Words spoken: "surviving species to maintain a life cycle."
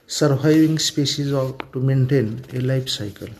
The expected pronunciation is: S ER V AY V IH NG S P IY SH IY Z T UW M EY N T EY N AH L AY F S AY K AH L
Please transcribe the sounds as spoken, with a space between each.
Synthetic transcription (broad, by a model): S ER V AY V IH NG S P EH S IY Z T UW M EY N T EY N AH L AY P S AY K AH L